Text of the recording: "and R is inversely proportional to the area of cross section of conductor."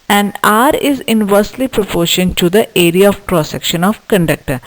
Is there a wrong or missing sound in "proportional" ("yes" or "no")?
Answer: yes